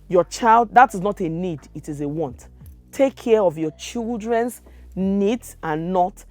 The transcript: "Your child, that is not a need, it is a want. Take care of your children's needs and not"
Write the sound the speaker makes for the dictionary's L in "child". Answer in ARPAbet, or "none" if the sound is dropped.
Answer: L